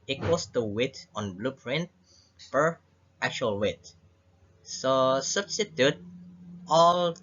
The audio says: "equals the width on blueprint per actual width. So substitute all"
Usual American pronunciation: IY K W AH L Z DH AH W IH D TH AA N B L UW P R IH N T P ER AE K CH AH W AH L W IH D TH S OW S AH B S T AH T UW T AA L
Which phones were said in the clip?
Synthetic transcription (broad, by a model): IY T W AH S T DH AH W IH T AA N B L UW P R IH N T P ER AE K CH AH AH L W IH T S OW S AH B S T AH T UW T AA L